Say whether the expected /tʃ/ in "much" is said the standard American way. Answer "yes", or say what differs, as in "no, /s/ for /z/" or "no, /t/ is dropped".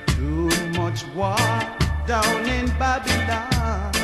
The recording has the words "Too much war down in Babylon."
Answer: yes